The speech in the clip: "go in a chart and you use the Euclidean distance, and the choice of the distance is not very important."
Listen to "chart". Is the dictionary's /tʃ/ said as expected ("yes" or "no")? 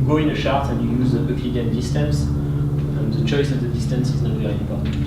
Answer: no